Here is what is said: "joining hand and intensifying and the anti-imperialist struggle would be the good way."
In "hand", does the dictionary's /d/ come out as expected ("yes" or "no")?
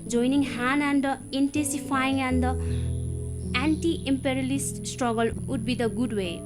no